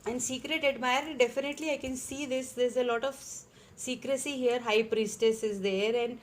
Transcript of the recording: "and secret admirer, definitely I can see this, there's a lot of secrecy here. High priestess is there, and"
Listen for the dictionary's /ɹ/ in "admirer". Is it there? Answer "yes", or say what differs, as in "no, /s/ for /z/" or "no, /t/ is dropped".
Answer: no, /ɹ/ is dropped